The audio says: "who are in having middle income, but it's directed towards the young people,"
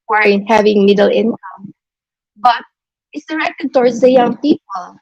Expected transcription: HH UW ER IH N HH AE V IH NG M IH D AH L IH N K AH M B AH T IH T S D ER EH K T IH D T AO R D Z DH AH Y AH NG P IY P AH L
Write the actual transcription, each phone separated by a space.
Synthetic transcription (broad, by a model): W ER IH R HH AE V IH NG M IH D AH L IH N K AH M B AH T IH T S D ER EH K T IH D T AO R D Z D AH Y AH NG P IY P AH L